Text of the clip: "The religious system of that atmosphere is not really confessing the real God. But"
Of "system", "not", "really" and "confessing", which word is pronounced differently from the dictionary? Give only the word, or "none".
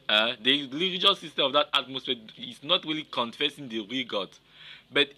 system